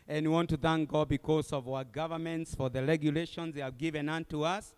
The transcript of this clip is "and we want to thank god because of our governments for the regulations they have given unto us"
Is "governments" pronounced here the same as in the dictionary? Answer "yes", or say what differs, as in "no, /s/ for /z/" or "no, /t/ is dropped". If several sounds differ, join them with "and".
yes